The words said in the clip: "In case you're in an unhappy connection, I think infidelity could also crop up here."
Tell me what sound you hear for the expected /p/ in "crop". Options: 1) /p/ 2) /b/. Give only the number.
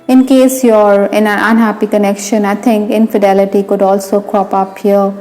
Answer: 1